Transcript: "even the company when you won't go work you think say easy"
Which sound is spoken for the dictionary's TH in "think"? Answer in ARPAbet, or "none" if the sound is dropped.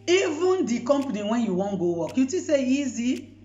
T